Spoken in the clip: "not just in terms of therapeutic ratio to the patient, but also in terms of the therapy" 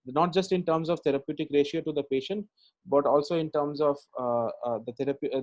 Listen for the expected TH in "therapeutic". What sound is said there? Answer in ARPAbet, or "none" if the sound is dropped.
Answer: T